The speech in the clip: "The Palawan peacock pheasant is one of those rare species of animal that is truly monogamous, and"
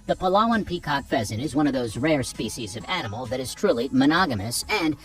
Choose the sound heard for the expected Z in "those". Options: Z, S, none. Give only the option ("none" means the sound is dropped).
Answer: Z